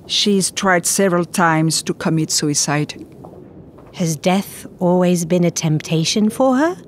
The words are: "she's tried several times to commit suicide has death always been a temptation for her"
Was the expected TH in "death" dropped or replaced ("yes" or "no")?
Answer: no